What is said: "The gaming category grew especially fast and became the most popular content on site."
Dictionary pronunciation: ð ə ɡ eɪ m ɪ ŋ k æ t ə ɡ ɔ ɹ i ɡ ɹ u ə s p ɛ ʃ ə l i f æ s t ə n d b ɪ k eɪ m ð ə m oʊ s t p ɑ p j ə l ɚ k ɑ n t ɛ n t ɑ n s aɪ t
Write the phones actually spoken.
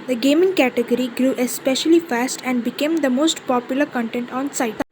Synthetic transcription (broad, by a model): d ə ɡ eɪ m ɪ ŋ k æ t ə ɡ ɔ ɹ i ɡ ɹ u ə s p ɛ ʃ ə l i f æ s t ə n d b ɪ k eɪ m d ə m oʊ s t p ɑ p j ə l ɚ k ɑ n t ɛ n t ɑ n s aɪ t